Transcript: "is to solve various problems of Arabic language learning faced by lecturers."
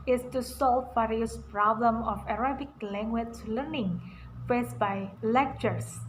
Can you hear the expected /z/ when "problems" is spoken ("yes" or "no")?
no